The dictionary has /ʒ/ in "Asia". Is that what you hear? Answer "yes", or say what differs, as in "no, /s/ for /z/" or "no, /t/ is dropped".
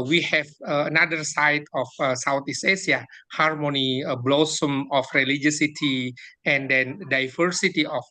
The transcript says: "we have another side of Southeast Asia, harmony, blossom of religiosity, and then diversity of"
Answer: no, /s/ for /ʒ/